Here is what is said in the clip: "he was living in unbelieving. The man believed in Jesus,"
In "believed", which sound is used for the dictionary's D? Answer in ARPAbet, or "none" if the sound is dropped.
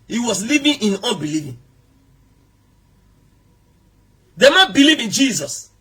none